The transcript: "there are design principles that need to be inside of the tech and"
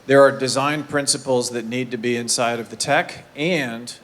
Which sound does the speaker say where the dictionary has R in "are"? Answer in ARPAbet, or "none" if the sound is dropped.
R